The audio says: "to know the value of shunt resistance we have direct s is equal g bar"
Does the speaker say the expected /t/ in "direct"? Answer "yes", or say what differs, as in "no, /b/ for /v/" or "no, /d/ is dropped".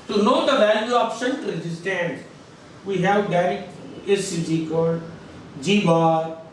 no, /t/ is dropped